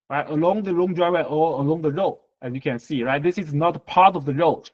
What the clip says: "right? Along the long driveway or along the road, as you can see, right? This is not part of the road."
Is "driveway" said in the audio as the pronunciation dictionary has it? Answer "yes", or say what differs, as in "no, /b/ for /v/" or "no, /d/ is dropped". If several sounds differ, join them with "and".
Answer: no, /v/ is dropped